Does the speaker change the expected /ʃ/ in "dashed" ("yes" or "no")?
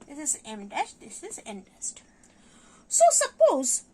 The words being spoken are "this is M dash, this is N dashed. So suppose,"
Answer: yes